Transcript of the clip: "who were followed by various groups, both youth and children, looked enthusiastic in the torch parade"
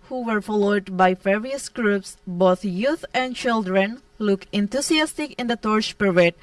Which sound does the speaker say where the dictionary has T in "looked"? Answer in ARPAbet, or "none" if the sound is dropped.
none